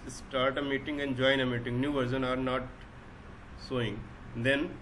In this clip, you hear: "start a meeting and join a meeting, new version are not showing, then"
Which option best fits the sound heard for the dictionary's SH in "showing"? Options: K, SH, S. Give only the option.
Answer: S